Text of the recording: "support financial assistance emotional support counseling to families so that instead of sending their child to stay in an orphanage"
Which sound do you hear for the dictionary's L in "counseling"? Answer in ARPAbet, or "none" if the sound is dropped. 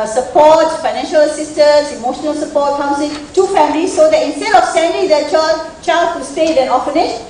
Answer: none